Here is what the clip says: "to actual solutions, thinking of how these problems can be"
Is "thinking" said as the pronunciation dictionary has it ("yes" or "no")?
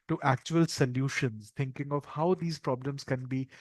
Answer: no